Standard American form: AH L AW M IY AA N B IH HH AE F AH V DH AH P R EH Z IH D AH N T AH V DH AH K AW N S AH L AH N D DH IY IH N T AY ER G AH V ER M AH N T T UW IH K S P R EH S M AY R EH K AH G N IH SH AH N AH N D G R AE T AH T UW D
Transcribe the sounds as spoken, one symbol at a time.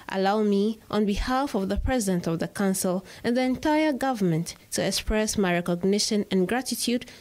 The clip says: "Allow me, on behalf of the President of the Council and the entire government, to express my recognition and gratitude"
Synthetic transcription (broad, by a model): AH L AW M IY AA N B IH HH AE F AH V DH AH P R EH Z IH D AH N T AH V DH AH K AW N S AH L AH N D DH IY IH N T AY ER G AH V ER M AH N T T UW IH K S P R EH S M AY R EH K AH G N IH SH AH N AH N G R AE T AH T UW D